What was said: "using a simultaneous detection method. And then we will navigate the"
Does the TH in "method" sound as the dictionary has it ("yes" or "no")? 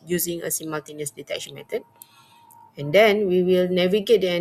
no